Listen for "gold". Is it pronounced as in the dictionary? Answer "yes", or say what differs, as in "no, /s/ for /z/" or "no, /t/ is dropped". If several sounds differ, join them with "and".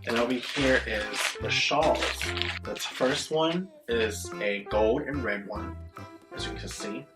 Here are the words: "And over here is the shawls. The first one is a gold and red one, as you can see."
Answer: yes